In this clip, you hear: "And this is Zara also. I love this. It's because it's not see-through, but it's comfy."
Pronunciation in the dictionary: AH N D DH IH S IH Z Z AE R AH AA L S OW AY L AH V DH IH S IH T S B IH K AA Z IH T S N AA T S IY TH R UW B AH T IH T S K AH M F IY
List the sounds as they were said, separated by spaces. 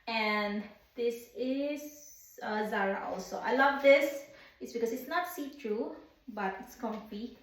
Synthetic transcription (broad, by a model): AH N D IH S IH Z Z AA R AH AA L S OW AY L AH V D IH S IH T S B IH K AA S IH T S N AA T S IY T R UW B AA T IH T S K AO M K IY